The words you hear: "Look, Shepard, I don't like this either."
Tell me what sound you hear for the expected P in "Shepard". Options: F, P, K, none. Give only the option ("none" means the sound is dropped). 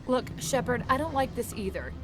P